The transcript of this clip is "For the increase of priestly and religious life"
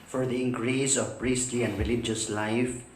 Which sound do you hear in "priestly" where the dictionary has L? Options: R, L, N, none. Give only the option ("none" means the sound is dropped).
L